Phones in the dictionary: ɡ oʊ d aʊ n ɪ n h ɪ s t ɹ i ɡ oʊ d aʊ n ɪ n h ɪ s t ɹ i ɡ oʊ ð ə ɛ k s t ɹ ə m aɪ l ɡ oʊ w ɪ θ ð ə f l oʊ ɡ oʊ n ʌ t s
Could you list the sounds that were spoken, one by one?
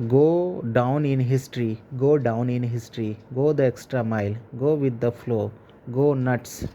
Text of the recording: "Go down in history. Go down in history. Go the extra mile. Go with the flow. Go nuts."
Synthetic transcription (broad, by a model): ɡ oʊ d aʊ n ɪ n h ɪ s t ɹ i ɡ oʊ d aʊ n ɪ n h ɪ s t ɹ i ɡ oʊ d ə ɛ k s t ɹ ə m aɪ l ɡ oʊ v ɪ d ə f l oʊ ɡ oʊ n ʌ t s